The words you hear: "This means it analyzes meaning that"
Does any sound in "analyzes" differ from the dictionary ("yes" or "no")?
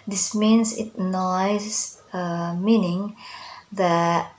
yes